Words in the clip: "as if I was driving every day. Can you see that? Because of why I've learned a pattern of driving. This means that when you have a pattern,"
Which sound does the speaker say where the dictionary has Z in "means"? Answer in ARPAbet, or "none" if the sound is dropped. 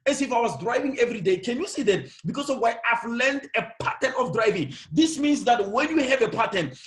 S